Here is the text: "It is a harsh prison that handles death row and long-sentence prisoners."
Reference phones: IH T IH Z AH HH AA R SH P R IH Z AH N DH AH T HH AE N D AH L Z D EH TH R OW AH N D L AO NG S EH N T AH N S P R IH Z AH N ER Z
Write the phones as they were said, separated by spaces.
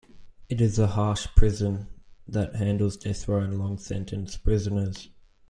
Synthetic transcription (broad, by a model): IH T IH Z AH HH AA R SH P R IH Z AH N DH AH T HH AE N D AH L Z D EH TH W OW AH N L AO NG S EH N T AH N S P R IH Z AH N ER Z